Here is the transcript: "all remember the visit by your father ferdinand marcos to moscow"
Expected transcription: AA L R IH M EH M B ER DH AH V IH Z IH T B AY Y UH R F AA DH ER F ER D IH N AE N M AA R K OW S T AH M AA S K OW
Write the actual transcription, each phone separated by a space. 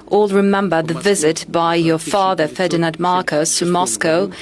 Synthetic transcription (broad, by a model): AA L R IH M EH M B ER DH AH V IH Z IH T B AY Y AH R F AA DH ER F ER D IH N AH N M AA R K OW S T AH M AA S K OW